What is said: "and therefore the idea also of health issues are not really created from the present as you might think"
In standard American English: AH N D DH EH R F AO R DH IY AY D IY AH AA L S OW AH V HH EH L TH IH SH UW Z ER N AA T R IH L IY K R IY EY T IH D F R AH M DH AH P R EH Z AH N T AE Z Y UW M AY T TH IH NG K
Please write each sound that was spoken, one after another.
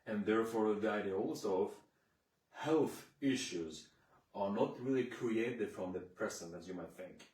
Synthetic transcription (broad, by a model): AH N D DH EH R F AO R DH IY AY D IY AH AA L S OW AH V HH EH L TH IH SH UW Z ER N AA T R IH L IY K R IY EY T IH D F R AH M DH AH P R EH S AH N AE Z Y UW M AY T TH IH NG K